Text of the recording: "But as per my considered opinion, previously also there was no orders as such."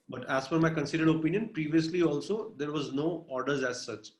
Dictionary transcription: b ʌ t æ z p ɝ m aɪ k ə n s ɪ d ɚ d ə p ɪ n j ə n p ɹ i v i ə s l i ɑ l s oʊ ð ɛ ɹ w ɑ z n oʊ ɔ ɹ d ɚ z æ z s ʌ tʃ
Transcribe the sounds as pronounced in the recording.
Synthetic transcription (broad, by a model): b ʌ t æ z f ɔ m aɪ k ə n s ɪ d ɚ d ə p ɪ n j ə n p ɹ i v i ə s l i ɑ l s oʊ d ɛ ɹ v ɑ z n oʊ ɔ ɹ d ɚ z æ z s ʌ tʃ